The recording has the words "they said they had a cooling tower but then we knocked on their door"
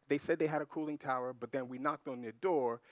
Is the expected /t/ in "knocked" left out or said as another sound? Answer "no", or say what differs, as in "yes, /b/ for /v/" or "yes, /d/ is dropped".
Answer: no